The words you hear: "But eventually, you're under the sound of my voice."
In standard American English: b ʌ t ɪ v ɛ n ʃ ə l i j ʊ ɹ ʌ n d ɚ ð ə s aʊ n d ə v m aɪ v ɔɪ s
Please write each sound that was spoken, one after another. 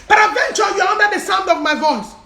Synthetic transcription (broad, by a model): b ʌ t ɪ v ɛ n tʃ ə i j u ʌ n d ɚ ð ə s aʊ n d ə v m aɪ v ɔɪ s